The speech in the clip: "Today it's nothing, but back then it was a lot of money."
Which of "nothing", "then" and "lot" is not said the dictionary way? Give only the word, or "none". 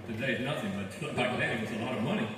then